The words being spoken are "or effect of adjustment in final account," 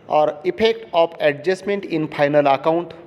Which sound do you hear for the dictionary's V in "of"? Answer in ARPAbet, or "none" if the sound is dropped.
P